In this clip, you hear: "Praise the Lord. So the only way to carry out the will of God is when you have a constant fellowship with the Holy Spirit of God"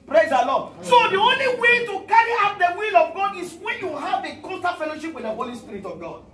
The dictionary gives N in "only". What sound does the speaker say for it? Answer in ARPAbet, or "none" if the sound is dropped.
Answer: N